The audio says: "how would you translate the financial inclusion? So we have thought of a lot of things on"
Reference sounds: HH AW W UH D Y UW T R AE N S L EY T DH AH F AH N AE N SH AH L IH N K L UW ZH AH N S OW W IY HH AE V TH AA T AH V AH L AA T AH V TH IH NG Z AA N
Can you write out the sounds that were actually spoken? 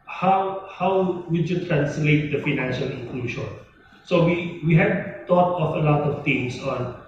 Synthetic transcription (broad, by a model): HH AW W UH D Y UW T R AE N S L EY T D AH F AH N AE N SH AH L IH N K L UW SH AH N S OW W IY HH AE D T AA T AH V AH L AA T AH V T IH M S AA N